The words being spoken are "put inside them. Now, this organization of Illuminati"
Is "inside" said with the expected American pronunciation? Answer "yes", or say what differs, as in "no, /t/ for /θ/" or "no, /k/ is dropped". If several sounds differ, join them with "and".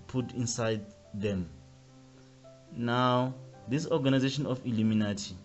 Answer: yes